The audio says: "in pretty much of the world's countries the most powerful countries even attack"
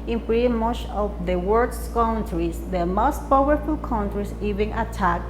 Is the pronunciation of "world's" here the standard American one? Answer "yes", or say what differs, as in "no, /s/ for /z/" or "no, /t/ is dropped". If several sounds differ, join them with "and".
no, /l/ is dropped and /s/ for /z/